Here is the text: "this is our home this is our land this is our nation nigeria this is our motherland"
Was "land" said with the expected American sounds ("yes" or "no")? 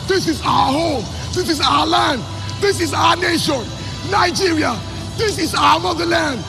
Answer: yes